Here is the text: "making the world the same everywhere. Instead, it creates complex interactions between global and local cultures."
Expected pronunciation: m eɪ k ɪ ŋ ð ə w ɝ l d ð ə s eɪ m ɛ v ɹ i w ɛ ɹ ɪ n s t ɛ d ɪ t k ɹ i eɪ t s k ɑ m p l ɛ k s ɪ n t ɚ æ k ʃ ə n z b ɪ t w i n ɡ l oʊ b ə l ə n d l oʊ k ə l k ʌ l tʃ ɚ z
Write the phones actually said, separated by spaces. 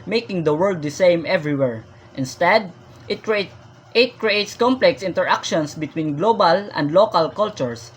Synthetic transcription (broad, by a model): m eɪ k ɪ ŋ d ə w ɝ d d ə s eɪ m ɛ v ɹ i w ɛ ɹ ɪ n s t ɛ d ɪ t k ɹ i eɪ t s k ɑ m p l ɛ k s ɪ n t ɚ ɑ k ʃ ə n s b ɪ t w i n ɡ l oʊ b ə l ə n d l oʊ k ə l k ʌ l tʃ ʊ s